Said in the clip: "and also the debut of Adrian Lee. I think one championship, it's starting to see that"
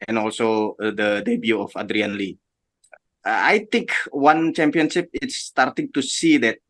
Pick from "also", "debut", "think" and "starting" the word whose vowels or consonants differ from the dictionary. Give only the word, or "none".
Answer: think